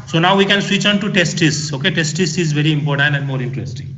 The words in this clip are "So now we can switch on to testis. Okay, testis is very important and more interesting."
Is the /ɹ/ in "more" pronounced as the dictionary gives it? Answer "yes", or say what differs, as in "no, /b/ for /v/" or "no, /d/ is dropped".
yes